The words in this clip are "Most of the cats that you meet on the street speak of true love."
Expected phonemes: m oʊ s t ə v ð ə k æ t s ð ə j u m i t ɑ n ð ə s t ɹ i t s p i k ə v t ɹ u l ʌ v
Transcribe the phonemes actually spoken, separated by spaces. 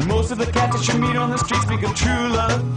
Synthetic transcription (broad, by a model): m oʊ s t ə v ð ə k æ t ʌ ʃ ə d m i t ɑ n ð ə s t ɹ i t s b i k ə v t ɹ u l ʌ